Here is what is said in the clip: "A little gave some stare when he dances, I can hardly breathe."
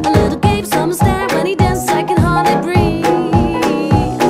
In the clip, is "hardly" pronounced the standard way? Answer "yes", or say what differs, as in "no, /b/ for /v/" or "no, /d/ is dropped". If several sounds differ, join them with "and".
no, /l/ is dropped